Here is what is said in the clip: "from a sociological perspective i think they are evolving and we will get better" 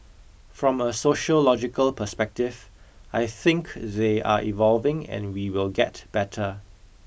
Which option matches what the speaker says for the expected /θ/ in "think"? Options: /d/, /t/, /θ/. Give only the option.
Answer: /θ/